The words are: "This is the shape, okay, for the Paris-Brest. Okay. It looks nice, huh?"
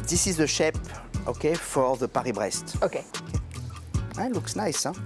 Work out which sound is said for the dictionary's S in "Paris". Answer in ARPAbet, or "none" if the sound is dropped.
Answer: none